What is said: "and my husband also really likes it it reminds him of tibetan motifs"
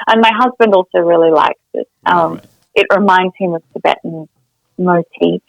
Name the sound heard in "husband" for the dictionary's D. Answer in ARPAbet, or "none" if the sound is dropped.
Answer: D